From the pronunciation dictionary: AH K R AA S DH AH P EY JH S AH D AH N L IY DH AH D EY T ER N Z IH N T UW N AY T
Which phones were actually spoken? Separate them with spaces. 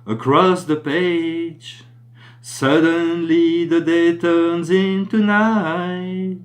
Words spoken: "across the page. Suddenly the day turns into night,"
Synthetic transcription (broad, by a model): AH K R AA S DH AH P EY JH S AH D AH N L IY DH AH D EY T ER N Z IH N T UW N AY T